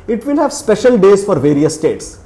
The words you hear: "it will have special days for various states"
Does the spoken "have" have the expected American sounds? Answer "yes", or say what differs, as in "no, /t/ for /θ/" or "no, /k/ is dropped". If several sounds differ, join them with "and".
yes